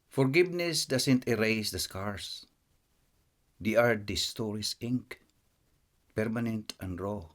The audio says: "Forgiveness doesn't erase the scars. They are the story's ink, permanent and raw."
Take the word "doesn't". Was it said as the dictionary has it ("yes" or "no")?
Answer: no